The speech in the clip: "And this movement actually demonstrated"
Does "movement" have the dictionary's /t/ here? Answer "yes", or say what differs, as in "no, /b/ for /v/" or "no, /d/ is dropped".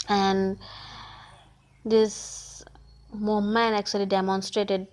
no, /t/ is dropped